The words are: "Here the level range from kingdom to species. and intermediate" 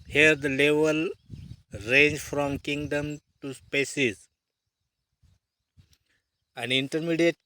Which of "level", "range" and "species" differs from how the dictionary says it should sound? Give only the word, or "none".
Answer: species